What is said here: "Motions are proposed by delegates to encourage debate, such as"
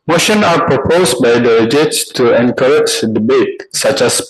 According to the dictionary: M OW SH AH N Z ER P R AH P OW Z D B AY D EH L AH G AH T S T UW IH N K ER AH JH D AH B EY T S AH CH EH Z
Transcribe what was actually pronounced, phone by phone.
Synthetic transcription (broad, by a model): M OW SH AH N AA P R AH P OW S B AY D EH AH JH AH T S T UW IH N K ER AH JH D AH B EY T S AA CH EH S